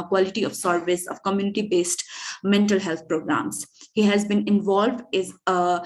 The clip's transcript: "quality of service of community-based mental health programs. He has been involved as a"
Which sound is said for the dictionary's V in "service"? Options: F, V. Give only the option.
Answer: V